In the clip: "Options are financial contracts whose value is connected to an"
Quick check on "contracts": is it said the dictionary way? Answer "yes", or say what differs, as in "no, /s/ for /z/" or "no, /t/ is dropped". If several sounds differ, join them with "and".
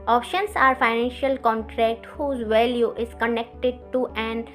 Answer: no, /s/ is dropped